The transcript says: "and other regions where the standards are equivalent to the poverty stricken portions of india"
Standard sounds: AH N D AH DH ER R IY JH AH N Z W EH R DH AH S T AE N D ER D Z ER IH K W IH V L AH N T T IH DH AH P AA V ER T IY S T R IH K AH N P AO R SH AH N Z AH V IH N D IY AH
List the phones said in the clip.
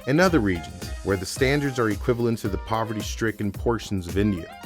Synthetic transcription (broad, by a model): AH N AH DH ER R IY JH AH N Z W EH R DH AH S T AE N D ER D Z ER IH K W IH V L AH N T T IH DH AH P AA V ER T IY S T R IH K N P AO R SH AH N Z AH V IH N D IY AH